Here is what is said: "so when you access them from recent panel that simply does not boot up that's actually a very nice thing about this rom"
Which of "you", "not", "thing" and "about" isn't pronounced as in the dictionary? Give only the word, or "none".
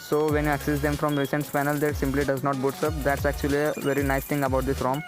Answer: thing